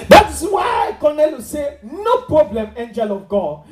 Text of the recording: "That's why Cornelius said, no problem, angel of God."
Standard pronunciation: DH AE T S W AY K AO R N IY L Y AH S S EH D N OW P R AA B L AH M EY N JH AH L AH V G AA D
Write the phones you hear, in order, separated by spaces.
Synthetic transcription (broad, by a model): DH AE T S W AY K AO N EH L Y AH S S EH N OW P R AA B L AH M EY N JH AH L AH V G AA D